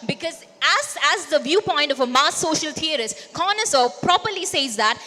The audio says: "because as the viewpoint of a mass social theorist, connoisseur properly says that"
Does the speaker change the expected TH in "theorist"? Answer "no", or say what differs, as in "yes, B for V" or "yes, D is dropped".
yes, T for TH